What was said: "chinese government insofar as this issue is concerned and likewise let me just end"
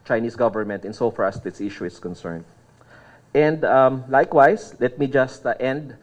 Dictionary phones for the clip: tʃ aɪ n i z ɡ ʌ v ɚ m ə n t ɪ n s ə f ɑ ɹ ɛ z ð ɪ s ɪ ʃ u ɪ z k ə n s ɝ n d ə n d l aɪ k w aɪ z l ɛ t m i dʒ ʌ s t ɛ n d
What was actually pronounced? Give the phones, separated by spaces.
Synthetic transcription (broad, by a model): tʃ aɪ n i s ɡ ʌ v ɚ m ə n t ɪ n s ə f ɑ ɹ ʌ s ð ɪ s ɪ ʃ u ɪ s k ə n s ɝ n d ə n d l aɪ k w aɪ s l ɛ t m i dʒ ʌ s t ɛ n d